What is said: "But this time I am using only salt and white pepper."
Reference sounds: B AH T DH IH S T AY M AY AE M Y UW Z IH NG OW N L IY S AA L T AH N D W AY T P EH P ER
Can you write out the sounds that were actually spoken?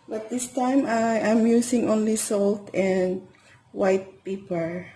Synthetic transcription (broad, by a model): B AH T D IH S T AY M AY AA M Y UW S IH NG OW N L IY S AA L T AH N D W AY T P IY P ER